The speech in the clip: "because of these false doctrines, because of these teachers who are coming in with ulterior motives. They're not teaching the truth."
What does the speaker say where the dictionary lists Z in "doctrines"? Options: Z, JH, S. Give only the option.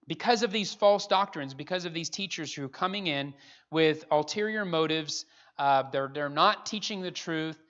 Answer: Z